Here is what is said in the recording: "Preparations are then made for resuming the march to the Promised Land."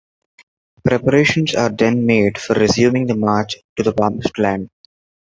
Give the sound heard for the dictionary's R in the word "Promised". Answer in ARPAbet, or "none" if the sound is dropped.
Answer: none